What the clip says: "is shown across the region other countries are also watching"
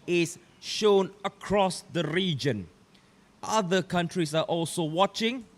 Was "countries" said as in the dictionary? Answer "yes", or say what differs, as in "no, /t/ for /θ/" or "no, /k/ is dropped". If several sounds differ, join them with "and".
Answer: no, /s/ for /z/